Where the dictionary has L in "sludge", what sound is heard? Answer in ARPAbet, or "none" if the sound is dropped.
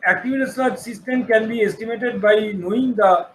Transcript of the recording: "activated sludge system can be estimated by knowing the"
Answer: none